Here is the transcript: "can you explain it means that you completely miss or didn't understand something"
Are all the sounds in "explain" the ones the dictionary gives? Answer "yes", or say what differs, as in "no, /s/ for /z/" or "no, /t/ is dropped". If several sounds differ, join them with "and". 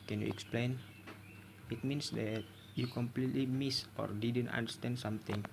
yes